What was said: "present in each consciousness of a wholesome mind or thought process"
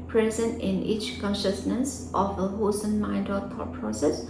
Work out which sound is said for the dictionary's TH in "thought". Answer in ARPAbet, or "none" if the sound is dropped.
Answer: T